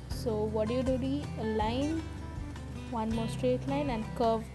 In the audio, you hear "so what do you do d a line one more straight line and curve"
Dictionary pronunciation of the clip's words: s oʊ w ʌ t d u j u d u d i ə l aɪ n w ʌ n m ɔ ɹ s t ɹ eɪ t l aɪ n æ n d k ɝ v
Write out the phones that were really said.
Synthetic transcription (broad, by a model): s oʊ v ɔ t d u j u d u d i ə l aɪ n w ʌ n m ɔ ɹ s t ɹ eɪ t l aɪ n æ n d k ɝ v